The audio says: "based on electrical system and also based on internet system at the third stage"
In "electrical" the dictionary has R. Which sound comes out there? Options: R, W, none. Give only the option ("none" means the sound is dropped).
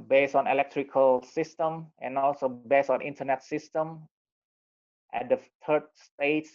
R